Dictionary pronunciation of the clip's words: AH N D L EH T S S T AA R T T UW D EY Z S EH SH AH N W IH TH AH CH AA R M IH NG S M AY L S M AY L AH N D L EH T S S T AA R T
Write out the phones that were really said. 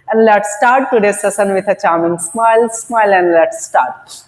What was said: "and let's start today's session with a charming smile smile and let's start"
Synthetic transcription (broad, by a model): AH N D L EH T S S T AA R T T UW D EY S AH S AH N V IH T AH CH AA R M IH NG S M AY L S M AY L AH N D L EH T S S T AA R T